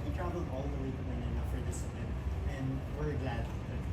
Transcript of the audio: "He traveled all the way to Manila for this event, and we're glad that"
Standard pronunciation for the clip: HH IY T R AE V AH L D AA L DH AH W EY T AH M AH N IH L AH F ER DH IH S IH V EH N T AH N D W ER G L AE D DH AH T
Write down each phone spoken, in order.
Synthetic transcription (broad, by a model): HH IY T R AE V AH L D AA L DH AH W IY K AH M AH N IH N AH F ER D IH S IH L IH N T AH N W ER G L AE D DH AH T